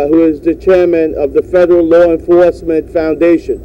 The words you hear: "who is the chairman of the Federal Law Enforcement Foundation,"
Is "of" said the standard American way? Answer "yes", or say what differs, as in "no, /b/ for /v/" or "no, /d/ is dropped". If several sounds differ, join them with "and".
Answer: yes